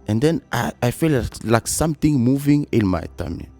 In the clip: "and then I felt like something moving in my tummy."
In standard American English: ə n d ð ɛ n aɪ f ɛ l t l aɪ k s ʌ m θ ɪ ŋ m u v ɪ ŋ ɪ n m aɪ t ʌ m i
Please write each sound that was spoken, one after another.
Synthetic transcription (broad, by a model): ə n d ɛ n aɪ f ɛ l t l aɪ k s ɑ m t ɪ ŋ m u v ɪ ŋ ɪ l m aɪ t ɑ m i